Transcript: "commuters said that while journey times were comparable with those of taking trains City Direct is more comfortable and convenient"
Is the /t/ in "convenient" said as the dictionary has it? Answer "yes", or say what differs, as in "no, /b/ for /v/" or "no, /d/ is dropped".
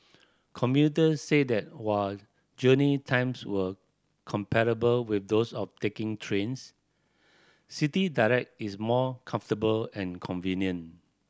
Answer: no, /t/ is dropped